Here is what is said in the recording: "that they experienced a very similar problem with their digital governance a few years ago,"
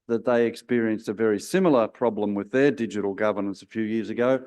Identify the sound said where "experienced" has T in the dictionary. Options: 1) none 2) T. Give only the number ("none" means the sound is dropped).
2